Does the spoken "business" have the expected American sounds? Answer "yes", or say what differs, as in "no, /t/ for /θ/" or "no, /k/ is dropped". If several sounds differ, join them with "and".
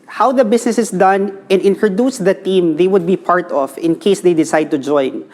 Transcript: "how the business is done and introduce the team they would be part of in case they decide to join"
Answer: no, /s/ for /z/